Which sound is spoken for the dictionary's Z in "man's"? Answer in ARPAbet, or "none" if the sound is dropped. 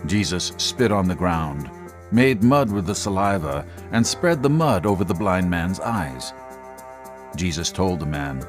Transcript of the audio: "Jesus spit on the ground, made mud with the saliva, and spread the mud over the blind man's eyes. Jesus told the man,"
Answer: Z